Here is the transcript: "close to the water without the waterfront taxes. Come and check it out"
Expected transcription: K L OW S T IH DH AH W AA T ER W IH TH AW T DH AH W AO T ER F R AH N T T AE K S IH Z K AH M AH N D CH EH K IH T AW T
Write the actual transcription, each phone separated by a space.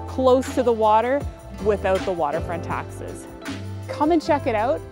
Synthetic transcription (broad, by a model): K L OW S T IH DH AH W AA T ER W IH TH AW T DH AH W AO T ER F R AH N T T AE K S IH Z K AH M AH N CH EH K IH T AW T